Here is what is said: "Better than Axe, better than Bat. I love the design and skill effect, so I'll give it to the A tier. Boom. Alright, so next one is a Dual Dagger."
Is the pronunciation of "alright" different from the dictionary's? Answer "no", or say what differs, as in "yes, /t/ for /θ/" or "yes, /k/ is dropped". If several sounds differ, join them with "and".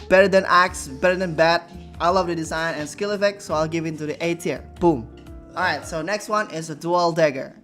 yes, /l/ is dropped